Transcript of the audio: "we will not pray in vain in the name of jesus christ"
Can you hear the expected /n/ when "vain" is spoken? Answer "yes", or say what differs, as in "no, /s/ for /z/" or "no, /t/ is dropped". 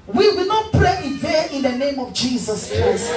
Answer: no, /n/ is dropped